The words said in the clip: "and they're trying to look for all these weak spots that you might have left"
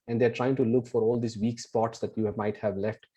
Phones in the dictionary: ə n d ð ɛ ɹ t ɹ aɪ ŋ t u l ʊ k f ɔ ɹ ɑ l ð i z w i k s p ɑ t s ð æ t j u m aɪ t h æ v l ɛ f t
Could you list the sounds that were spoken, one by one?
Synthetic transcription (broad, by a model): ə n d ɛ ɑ ɹ t ɹ aɪ ŋ t u l ʊ k f ɔ ɹ ɑ l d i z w i k s p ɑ t s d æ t j u m aɪ t h æ v l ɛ f t